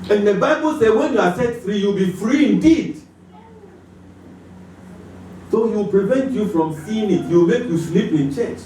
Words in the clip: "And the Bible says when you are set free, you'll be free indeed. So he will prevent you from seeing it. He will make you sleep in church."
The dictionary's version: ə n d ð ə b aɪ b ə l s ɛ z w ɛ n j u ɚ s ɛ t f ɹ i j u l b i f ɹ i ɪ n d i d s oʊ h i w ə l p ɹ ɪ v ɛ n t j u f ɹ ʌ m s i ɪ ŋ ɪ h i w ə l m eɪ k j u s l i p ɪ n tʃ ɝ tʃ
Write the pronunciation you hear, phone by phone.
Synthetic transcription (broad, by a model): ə n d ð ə b aɪ b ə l s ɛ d w ɛ n j u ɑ s ɛ t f ɹ i j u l b i f ɹ i ɪ n d i d s oʊ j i w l p ɹ ɪ v ɛ n t j u f ɹ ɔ m s i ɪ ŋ ɪ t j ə w m eɪ k j u s l i p ɪ n tʃ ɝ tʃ